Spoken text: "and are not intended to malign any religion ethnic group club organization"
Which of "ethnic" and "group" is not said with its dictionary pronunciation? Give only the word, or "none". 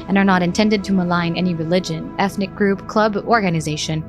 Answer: none